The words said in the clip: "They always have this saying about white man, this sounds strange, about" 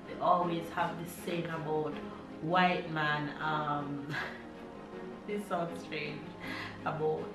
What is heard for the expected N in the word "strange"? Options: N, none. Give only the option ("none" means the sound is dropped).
N